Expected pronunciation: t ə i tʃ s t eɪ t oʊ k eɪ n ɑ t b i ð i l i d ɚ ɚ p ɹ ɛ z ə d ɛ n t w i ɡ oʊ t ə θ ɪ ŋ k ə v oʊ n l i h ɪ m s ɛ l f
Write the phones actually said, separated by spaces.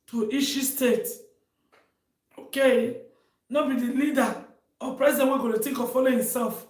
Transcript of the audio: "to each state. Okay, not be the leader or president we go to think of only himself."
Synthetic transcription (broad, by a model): t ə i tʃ s t eɪ t oʊ k eɪ n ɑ b i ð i l i d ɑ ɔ p ɹ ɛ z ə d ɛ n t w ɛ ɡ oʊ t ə t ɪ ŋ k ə f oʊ l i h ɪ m s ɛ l f